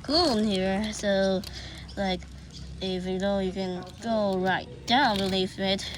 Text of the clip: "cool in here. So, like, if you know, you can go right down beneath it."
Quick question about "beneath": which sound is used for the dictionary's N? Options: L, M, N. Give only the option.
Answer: L